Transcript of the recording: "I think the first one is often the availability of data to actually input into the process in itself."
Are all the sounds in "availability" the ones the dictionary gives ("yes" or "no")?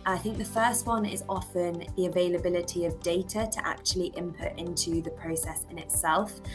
yes